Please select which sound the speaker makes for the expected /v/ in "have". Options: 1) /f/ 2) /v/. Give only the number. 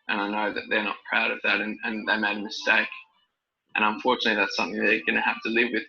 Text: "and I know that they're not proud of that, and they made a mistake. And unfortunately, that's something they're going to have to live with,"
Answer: 1